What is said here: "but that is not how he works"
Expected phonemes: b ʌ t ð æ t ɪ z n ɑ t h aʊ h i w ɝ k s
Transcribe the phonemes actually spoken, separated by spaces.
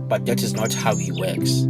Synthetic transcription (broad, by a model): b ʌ t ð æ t ɪ z n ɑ t h aʊ h i w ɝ k s